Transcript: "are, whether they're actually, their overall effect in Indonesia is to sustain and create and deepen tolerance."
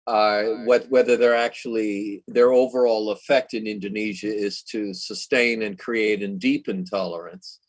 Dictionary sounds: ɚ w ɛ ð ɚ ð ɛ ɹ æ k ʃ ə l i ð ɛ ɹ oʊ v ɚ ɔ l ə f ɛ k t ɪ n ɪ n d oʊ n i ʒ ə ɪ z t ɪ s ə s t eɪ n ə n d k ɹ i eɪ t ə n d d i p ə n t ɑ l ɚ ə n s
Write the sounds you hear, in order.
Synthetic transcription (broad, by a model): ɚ w ɛ ð ɚ ð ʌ ɹ æ k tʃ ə l i ð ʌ ɹ oʊ v ɚ ɔ l ə f ɛ k t ɪ n ɪ n d oʊ n i ʒ ə ɪ z t ɪ s ə s t eɪ n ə n k ɹ i eɪ t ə n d d i p ə n t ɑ l ɚ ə n s